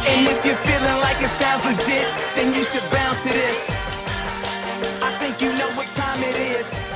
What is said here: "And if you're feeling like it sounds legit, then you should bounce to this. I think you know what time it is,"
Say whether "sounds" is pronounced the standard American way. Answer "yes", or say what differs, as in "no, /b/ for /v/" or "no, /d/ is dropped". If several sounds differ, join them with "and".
no, /n/ is dropped